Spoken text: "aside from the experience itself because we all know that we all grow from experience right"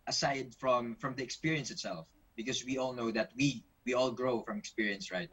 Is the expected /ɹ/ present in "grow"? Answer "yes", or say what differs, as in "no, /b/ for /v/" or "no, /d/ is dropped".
yes